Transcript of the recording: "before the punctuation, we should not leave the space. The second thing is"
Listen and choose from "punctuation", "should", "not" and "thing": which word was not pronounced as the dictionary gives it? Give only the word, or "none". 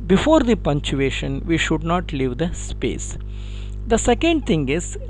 thing